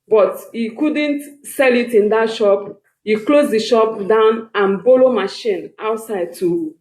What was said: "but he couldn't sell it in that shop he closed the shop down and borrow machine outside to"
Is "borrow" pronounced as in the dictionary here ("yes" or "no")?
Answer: no